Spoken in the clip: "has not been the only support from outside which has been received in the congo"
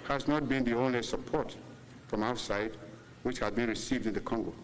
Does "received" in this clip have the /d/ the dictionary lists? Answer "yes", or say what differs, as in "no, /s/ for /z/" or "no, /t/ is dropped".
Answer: yes